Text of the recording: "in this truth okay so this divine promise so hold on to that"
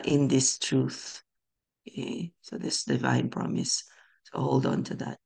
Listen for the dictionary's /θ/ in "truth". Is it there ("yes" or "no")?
yes